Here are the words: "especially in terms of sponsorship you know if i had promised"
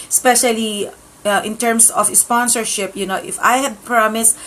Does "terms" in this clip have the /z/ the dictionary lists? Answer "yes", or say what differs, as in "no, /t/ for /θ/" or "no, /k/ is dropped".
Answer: no, /s/ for /z/